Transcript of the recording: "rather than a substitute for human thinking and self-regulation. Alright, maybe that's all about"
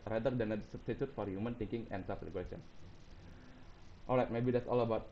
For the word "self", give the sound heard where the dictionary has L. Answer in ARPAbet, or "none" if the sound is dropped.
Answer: none